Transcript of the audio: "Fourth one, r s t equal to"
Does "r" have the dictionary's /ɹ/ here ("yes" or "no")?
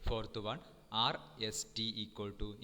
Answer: yes